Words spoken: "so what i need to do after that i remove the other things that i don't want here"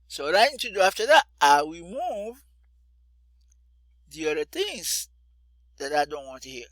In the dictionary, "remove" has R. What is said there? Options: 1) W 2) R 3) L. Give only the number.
1